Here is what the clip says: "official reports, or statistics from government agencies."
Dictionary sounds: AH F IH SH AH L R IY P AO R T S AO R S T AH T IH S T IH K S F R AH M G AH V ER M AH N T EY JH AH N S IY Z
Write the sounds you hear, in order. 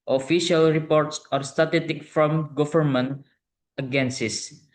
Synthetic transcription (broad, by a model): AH F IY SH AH L R IY P AO R T S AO R S T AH T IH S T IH K F R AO M G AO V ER M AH N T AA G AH N S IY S